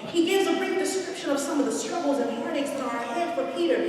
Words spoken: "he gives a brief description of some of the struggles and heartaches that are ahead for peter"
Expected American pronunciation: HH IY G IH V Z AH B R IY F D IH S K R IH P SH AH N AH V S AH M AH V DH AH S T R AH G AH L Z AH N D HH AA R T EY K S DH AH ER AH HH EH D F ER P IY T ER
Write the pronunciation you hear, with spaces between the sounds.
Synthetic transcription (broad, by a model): HH IY G IH V Z AH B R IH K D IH S K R IH P SH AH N AH V S AH M AH V DH AH S T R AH G L Z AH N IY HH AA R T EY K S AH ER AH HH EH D F ER P IY T ER